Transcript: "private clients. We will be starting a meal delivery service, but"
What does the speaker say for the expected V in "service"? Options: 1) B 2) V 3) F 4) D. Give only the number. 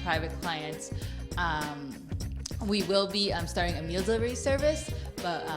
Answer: 2